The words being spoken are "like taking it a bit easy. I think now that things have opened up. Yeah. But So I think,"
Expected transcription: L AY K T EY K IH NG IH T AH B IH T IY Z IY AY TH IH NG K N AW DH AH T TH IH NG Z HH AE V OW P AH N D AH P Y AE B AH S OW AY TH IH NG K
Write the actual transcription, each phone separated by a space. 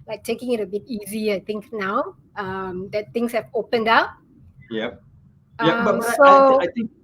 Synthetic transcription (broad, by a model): L AY K T EY K IH NG IH T AH B IH T IY Z IY AY T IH NG K N AW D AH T T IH NG S HH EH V OW P AH N D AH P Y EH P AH S OW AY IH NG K